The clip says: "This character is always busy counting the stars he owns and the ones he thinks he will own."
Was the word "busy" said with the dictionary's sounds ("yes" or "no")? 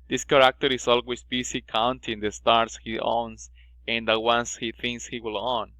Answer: no